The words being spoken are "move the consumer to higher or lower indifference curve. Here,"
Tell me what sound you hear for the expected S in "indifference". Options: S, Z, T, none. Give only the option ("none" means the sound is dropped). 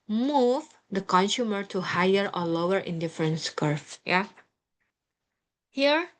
S